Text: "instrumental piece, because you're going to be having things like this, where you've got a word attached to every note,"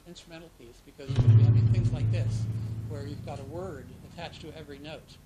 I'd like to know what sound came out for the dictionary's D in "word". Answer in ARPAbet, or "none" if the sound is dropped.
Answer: D